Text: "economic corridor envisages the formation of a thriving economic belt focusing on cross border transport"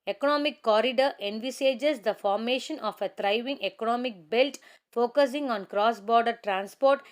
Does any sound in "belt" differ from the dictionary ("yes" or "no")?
no